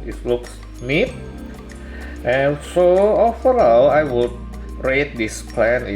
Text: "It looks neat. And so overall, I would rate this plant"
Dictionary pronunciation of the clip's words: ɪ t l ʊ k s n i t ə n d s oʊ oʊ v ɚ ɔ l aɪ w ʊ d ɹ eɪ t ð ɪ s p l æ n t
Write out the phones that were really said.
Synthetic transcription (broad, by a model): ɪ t l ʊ k s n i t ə n s oʊ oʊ f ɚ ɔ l aɪ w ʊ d ɹ eɪ t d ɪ s p l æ n